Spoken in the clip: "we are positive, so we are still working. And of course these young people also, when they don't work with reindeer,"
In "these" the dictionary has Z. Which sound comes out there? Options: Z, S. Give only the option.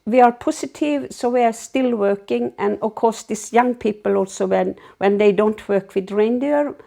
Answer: S